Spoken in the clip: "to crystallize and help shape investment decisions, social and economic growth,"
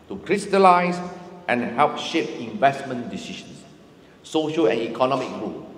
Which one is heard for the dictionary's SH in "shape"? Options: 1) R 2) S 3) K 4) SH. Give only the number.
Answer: 4